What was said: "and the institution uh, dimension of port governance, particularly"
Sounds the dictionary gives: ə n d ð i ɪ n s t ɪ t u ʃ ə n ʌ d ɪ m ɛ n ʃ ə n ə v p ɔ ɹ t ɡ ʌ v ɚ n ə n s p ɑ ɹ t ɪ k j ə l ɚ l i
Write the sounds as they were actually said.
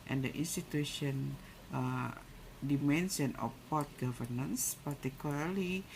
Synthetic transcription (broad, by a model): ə n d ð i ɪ n s t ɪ t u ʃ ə n ʌ d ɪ m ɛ n s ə n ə f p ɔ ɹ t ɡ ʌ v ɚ n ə n s p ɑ ɹ t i k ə l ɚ l i